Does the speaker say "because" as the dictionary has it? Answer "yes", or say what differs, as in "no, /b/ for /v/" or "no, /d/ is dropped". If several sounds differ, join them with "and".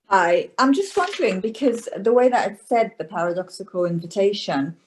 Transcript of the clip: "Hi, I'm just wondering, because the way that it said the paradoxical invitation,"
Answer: yes